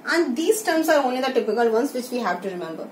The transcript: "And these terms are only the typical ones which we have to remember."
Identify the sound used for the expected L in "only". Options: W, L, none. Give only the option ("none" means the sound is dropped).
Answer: none